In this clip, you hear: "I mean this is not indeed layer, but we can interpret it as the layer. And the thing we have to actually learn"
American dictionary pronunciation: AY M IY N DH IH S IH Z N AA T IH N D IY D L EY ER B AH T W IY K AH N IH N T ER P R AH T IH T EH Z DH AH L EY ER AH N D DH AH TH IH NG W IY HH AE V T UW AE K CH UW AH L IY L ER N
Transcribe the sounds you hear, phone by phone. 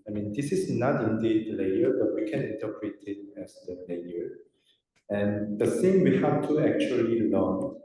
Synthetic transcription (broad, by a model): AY M IY N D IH S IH S N AA T IH N D IY D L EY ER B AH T W IY K AH N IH N T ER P R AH T IH T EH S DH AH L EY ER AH N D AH S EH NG W IY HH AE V T UW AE K CH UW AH L IY L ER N